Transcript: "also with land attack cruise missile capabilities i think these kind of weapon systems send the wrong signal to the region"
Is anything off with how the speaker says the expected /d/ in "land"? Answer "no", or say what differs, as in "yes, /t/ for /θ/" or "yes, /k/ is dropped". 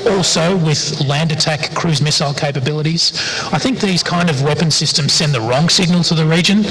no